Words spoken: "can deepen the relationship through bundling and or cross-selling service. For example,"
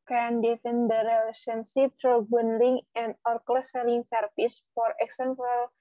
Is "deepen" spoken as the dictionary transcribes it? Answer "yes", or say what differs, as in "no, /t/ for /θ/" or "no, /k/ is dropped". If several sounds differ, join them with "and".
no, /f/ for /p/